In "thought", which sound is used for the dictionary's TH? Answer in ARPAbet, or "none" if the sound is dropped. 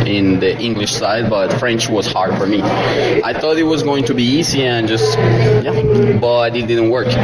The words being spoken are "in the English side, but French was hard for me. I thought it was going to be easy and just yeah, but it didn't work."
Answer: TH